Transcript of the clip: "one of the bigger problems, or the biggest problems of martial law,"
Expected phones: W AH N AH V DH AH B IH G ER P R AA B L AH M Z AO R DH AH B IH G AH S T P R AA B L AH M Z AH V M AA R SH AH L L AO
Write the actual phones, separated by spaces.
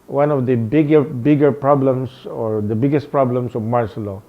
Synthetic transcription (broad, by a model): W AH N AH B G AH B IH G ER P R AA B L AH M S AO R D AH B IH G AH S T P R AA B L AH M S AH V M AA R S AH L L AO